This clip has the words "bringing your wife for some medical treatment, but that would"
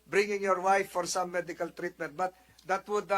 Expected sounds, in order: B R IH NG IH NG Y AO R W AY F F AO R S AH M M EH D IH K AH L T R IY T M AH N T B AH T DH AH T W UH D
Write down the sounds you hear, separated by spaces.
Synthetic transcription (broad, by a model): B R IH NG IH NG Y AO R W AY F F AO R S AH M M EH D IH K AH L T R IY T M AH N T B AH T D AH T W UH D